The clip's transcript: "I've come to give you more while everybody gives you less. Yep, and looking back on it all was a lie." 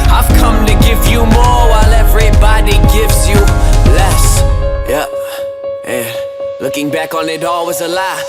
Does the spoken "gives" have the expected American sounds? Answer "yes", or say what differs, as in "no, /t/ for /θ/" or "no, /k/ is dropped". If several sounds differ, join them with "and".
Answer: yes